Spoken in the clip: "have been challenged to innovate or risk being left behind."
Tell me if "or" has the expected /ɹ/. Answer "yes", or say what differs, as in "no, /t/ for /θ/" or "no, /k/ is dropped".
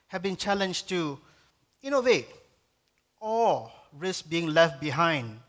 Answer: no, /l/ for /ɹ/